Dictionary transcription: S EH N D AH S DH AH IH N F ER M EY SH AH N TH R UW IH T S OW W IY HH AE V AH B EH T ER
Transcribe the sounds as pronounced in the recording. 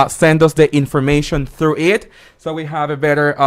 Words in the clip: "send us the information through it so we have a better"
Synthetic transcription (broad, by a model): S EH N D AH S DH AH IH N F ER M EY SH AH N TH R UW IH T S OW W IY HH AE V AH B EH T ER